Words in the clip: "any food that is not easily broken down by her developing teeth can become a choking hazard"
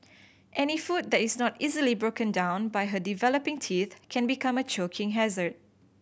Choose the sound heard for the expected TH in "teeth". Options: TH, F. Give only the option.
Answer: TH